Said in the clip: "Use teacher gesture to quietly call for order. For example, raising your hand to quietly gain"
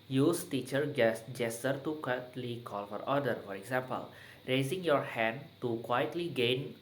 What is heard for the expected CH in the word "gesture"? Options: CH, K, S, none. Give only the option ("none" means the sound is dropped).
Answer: S